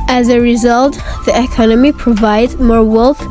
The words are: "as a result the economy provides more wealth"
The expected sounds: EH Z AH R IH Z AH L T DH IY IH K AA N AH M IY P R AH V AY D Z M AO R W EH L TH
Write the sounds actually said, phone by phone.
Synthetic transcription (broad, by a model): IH Z AH R IH Z AH L T DH IY IH K AA N AH M IY P R AH V AY D Z M AO R W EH L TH